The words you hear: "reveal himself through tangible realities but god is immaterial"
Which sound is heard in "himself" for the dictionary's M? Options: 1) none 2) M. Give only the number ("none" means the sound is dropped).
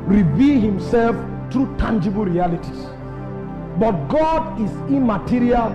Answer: 2